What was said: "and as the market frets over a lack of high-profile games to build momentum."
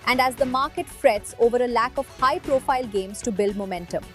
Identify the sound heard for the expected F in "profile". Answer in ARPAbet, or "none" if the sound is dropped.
F